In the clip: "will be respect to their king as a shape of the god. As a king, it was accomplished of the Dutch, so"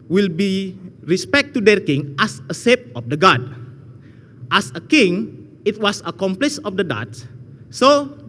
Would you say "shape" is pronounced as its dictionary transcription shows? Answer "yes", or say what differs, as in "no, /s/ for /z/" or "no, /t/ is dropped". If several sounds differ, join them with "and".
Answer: no, /s/ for /ʃ/